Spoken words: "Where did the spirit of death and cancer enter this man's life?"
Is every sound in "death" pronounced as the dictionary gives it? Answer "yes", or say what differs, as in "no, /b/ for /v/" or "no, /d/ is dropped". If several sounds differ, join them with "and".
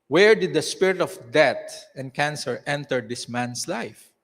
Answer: no, /t/ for /θ/